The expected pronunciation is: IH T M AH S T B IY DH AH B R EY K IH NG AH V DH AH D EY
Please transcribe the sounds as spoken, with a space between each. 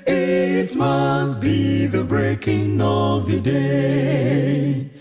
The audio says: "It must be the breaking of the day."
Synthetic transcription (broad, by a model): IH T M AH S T B IY DH AH B R EY K IH NG AH V DH AH D EY